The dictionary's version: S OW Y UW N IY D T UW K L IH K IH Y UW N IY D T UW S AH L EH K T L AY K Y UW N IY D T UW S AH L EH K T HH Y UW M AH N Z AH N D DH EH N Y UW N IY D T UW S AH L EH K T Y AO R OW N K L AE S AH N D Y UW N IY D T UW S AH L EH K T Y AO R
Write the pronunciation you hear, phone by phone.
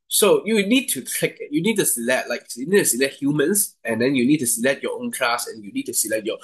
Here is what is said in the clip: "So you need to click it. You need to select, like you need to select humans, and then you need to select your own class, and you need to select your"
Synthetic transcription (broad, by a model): S OW Y UW N IY D T UW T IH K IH Y UW N IY D T UW S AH L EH T L AY K Y UW N IY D T UW S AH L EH T HH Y UW M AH N S AH N D EH N Y UW N IY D T UW S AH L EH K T Y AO OW N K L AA S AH N Y UW N IY D T UW S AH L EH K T Y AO